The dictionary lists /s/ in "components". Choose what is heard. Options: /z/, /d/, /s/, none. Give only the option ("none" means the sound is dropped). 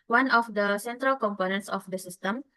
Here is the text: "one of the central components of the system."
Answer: /s/